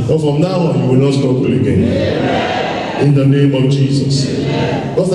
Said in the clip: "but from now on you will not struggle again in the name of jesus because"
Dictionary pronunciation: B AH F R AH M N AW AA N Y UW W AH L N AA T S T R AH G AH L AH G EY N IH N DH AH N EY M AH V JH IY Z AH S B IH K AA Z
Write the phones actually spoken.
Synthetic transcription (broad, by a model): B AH F R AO M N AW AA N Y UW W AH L N AA T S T AO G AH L AH G EY N IH N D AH N EY M AH V JH IY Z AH S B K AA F